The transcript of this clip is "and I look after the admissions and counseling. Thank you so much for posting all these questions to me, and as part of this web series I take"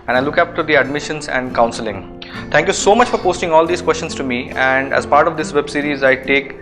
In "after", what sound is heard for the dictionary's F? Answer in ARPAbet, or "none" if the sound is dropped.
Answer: P